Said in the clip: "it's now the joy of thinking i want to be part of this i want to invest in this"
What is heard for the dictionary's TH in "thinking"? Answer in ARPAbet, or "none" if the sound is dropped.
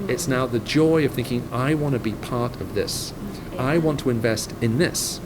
TH